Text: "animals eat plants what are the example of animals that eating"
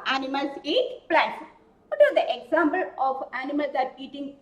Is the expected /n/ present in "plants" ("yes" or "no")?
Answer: no